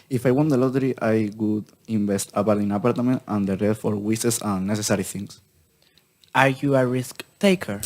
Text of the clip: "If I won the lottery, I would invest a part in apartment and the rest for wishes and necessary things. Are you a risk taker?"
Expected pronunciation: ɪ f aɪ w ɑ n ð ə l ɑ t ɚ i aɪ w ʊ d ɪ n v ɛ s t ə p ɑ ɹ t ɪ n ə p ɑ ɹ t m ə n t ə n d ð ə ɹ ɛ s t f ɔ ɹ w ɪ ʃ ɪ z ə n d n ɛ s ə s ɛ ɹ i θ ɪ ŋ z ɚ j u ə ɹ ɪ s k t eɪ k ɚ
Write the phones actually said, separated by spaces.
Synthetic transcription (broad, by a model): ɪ f aɪ w ɑ n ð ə l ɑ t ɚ i aɪ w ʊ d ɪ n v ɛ s t ə p ɑ ɹ t ɪ n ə p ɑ ɹ t m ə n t ə n d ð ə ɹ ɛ t f ɔ ɹ w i s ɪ s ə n n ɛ s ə s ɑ ɹ i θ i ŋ s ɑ j u ə ɹ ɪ s k t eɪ k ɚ